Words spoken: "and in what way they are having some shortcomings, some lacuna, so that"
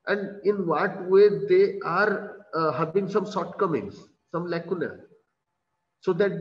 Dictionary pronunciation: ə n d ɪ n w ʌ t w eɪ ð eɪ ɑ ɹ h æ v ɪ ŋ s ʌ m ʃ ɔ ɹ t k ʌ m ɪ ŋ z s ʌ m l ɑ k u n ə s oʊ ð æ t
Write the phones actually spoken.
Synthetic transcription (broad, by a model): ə n d ɪ n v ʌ t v eɪ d eɪ ɑ ɹ h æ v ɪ ŋ s ʌ m s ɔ t k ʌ m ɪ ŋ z s ʌ m l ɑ k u n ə s oʊ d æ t